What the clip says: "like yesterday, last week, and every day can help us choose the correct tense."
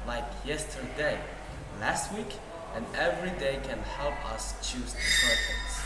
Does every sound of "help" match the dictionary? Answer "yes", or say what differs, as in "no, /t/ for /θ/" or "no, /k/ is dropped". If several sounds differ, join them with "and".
yes